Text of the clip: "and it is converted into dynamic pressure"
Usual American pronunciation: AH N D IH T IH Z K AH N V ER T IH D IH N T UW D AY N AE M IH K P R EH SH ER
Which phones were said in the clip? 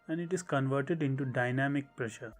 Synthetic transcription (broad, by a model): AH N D IH T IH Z K AH N V ER T IH D IH N T UW D AY N AE M IH K P R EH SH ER